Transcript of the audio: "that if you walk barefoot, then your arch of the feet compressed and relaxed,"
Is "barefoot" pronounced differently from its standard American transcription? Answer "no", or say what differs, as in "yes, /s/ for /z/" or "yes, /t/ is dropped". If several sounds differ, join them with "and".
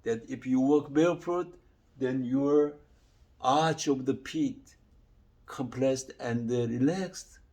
yes, /l/ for /ɹ/